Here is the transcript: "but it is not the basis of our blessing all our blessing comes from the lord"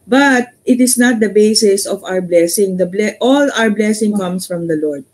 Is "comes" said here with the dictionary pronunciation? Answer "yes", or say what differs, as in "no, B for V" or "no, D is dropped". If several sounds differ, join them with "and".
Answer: no, S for Z